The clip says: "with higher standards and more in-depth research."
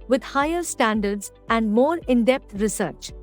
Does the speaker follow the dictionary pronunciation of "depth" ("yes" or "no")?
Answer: no